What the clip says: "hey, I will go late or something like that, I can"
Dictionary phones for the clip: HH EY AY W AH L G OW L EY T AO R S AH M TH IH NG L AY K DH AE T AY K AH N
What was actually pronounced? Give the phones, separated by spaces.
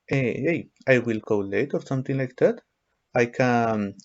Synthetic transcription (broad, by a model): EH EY AY W AH L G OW L EY T AO R S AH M T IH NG L AY K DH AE T AY K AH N